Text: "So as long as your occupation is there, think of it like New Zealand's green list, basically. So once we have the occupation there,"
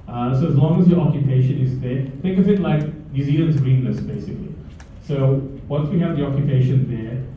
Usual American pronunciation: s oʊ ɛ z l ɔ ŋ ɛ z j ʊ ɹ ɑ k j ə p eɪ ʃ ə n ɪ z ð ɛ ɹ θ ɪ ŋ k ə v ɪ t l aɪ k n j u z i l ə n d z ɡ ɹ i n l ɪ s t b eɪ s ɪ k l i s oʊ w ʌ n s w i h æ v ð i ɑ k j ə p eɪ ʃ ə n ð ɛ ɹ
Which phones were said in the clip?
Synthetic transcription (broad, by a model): s oʊ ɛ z l ɔ ŋ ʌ z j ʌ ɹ ɑ k j ə p eɪ ʃ ə n ɪ z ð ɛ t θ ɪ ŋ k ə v ɪ t l aɪ k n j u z i ə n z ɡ ɹ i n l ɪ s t b eɪ s ɪ k l i s oʊ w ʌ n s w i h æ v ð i ɑ k j ə p eɪ ʃ ə n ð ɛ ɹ